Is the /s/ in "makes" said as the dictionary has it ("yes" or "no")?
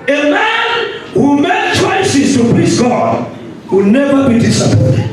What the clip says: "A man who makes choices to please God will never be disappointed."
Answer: no